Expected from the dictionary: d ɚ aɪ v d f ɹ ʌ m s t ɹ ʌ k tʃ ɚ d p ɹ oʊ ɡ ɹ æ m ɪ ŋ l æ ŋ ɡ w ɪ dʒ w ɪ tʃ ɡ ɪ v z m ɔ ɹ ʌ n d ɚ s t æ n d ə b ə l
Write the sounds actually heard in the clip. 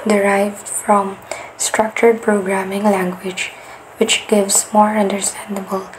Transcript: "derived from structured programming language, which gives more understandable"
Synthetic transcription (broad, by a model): d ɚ aɪ v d f ɹ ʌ m s t ɹ ʌ k tʃ ɚ d p ɹ oʊ ɡ ɹ æ m ɪ ŋ l æ ŋ ɡ w ɪ dʒ w ɪ tʃ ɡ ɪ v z m ɔ ɹ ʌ n d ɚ s t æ n d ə b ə l